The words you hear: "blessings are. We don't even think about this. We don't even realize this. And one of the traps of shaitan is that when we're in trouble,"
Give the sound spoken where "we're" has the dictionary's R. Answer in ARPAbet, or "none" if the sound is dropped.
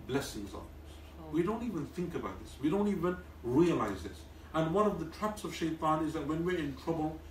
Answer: R